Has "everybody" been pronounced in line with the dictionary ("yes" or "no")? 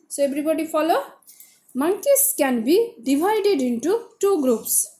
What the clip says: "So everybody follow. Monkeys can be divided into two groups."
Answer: no